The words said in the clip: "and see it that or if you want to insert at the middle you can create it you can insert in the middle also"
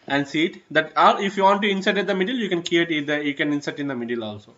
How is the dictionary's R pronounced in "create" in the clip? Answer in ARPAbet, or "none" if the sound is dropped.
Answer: none